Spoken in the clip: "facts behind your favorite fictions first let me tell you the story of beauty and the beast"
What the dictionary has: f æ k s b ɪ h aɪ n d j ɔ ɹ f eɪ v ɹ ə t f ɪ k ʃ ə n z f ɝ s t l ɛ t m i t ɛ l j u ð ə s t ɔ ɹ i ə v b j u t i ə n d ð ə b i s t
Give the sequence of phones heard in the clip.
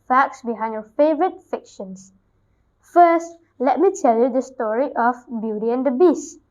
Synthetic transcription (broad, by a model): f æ k s b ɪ h aɪ n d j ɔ f eɪ v ɹ ə t f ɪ k ʃ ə n s f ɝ s t l ɛ t m i t ɛ l j u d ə s t ɔ ɹ i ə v b j u t i ə n d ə b i s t